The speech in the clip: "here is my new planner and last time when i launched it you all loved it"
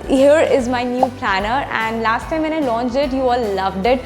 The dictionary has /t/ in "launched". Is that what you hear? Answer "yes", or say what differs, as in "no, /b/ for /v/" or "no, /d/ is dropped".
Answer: no, /t/ is dropped